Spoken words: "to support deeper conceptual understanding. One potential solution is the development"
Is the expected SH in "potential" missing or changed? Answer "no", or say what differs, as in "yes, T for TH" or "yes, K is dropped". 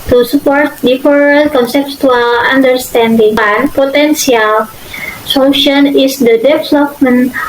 yes, S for SH